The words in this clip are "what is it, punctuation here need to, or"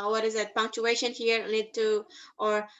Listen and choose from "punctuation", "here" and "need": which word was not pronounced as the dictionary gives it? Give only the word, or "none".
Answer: need